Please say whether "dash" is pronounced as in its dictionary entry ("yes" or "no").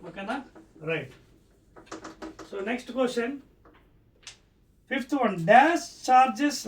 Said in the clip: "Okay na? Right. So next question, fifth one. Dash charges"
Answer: no